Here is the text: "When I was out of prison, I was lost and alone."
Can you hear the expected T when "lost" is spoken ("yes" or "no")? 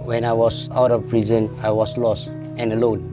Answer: yes